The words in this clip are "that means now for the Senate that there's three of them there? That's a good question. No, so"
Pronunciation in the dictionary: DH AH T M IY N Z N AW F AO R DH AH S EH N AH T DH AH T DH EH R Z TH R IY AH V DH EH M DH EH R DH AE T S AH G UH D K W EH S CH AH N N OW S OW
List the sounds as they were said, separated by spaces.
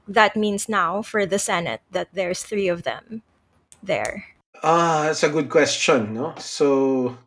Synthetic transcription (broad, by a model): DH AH T M IY N S N AW F AO R DH AH S EH N AH T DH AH T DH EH R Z TH R IY AH V DH EH M DH EH R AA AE T S AH G UH D K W EH S CH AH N N OW S OW